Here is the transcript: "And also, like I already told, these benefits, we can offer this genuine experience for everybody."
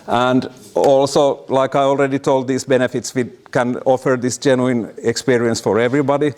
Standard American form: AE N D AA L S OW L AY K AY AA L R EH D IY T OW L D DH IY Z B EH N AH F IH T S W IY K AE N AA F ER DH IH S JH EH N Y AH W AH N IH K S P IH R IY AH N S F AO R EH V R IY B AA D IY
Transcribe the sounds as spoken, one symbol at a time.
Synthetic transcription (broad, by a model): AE N D AA L S OW L AY K AY AA L R EH D IY T OW L D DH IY S B EH N AH F IH T S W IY K AE N AA F ER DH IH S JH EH N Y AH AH N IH K S P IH R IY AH N S F AO R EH V R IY B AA D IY